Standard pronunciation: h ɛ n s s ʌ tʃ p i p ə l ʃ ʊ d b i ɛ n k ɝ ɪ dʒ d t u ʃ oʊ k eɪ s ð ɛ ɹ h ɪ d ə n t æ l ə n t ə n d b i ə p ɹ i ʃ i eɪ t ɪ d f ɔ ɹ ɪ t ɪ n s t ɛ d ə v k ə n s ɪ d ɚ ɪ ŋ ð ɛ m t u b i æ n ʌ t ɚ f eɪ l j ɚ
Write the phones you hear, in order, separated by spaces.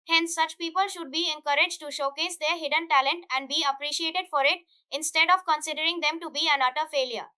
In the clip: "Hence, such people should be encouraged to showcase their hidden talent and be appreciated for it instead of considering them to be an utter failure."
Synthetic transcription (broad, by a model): h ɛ n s s ʌ tʃ p i p ə l ʃ ʊ d b i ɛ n k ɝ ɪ dʒ t u ʃ oʊ k eɪ s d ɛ ɹ h ɪ d ə n t æ l ə n t ə n d b i ə p ɹ i ʃ i eɪ t ɪ d f ɔ ɹ ɪ t ɪ n s t ɛ d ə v k ə n s ɪ d ɚ ɪ ŋ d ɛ m t u b i æ n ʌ t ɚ f eɪ l j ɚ